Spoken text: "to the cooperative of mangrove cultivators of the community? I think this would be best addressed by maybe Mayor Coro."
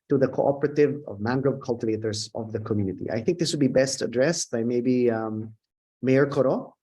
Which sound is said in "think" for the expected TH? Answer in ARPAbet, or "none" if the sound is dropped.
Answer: TH